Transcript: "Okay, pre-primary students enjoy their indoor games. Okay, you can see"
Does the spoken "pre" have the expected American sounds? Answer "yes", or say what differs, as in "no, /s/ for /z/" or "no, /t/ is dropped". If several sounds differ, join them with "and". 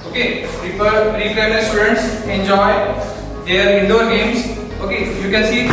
no, /ɹ/ is dropped